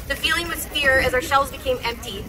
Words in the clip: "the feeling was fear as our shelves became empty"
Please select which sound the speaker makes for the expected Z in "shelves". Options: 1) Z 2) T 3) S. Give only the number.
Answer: 1